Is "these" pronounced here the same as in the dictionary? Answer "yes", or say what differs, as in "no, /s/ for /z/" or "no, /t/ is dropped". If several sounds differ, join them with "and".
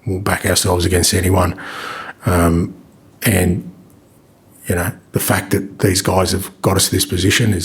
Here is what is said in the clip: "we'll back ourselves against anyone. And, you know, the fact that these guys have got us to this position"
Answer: yes